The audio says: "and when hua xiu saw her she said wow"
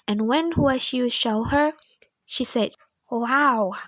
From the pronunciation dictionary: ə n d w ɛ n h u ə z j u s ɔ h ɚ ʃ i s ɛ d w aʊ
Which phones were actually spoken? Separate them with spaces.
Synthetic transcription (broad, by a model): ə n w ɛ n h u ə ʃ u ʃ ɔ h ɚ ʃ i s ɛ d w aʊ